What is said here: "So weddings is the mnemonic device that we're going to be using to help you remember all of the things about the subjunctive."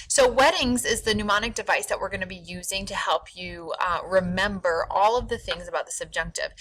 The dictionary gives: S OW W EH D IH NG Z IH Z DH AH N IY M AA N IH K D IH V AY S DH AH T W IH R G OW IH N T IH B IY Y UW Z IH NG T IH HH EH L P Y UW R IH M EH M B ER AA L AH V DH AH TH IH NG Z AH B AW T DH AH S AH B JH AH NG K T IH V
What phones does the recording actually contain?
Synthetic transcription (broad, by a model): S OW W EH D IH NG Z IH Z DH AH N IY M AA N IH K D IH V AY S DH AH T W IH R G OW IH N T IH B IY Y UW Z IH NG T IH HH EH L P Y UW R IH M EH M B ER AA L AH V DH AH TH IH NG Z AH B AW T DH AH S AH B JH AH NG K T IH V